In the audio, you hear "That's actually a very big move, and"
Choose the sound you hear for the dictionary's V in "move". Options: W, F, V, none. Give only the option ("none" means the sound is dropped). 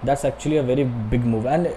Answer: V